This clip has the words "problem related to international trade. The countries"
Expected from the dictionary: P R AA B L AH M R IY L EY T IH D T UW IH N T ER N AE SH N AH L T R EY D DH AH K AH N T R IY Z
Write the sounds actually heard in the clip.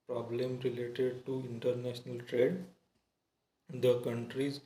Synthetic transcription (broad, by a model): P R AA B L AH M R IY L EY T IH D T UW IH N T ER N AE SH N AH L T R EY D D AH K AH N T R IY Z